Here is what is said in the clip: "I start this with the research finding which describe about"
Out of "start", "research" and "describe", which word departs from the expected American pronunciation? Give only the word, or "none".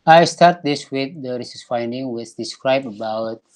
research